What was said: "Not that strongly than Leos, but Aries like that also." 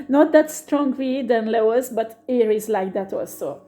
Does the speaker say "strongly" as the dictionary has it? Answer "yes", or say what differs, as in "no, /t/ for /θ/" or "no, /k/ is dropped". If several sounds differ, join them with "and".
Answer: no, /w/ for /l/